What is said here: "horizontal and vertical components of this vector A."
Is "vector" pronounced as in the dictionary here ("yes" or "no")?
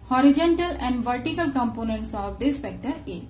no